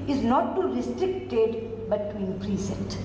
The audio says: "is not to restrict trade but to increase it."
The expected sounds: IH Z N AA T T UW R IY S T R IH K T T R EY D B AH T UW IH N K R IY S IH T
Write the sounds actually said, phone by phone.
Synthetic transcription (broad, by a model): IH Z N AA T T UW R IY S T R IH K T T EY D B AH T UW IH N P R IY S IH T